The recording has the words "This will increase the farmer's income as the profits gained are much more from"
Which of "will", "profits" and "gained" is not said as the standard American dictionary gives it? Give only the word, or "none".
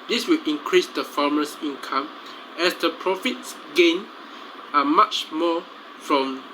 gained